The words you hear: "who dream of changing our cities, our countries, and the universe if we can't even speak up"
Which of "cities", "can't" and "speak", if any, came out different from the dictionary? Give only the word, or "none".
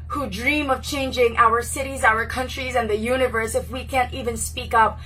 none